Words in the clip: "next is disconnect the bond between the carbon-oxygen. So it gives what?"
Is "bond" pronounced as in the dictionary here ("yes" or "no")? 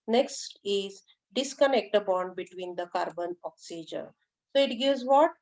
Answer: yes